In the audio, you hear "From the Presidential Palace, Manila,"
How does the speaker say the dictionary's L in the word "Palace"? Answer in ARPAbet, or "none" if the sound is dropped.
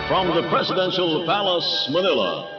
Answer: L